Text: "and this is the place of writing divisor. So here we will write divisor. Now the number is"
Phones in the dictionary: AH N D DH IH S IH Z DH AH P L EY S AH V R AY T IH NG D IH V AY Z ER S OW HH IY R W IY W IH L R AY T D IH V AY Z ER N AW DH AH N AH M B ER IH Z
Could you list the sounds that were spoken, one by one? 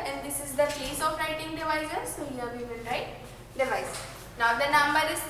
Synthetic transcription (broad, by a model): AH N D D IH S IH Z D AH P EY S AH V R AY T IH NG D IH V AY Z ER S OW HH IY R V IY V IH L R AY T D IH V AY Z N AW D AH N AH M B ER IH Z